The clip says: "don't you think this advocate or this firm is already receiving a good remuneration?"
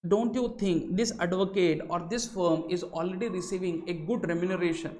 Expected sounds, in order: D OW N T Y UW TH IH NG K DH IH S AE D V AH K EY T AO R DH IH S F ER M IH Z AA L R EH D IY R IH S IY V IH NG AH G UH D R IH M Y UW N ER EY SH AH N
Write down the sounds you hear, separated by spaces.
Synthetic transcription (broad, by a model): D OW N T Y UW T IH NG K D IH S AE D V AH K EY T AO R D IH S F ER M IH Z AA L R EH D IY R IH S IY V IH NG AH G UH D R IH M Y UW N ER EY SH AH N